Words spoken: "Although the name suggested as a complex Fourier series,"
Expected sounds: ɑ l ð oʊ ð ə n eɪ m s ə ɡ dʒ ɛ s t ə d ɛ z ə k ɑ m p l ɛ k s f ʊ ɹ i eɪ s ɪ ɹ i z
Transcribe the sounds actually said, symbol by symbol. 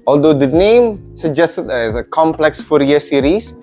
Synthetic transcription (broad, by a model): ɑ l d oʊ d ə n eɪ m s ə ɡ dʒ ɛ s t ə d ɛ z ə k ɑ m p l ɛ k s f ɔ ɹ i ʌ s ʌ ɹ i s